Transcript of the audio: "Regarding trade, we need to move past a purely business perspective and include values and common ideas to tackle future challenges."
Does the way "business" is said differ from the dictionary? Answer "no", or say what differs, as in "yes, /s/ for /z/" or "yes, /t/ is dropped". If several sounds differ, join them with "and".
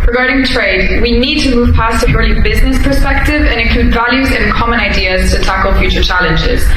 no